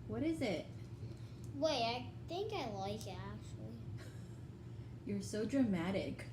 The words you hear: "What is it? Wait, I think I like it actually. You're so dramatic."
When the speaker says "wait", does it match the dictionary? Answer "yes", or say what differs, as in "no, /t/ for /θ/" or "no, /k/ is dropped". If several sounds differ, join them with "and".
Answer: no, /t/ is dropped